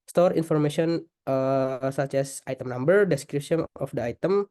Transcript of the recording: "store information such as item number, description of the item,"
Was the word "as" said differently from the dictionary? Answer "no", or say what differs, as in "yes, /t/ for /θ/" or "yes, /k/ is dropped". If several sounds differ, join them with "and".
yes, /s/ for /z/